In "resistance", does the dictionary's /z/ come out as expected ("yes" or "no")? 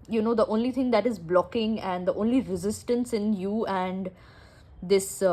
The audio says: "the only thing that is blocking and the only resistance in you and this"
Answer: yes